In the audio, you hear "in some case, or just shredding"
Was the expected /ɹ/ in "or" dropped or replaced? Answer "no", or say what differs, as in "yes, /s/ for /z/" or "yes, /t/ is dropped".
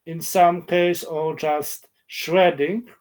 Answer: yes, /l/ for /ɹ/